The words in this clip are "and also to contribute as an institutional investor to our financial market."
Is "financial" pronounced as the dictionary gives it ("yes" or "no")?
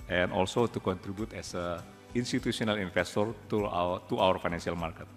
no